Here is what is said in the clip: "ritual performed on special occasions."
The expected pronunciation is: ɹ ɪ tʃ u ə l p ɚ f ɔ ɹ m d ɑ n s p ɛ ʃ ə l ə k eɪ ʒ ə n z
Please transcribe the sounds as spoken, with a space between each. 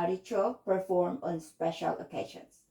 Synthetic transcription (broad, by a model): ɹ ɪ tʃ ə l p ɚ f ɔ ɹ m ɑ n s p ɛ ʃ ə l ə k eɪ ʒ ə n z